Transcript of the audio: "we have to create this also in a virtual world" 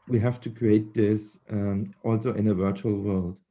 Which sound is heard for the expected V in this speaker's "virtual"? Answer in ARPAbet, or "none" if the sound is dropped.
V